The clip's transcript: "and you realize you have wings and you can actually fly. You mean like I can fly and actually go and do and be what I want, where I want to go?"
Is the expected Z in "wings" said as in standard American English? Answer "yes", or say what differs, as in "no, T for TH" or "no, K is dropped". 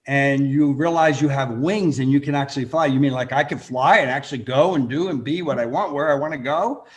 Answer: yes